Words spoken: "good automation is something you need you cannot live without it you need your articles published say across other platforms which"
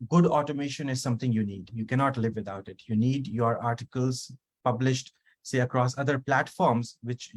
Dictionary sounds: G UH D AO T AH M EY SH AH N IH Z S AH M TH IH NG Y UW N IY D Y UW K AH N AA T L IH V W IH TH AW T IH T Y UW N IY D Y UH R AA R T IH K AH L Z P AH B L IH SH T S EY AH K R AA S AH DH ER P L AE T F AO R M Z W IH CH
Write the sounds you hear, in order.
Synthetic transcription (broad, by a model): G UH D AO T AH M EY SH AH N IH Z S AH M T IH NG Y UW N IY D Y UW K AH N AA T L IH V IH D AW T IH T Y UW N IY D Y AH R AA R T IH K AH L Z P AH B L IH SH T S EY AH K R AA S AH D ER P L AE T F AO R M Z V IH CH